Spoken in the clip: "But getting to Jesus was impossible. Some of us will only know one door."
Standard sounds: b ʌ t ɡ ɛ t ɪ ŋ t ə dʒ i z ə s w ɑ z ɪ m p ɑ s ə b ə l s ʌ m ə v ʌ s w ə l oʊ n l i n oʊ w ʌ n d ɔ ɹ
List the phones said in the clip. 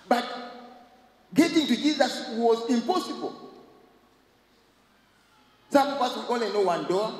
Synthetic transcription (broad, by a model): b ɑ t ɡ ɛ t ɪ ŋ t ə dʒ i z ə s w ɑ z ɪ m p ɑ s ə b ə l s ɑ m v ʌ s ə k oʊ l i n oʊ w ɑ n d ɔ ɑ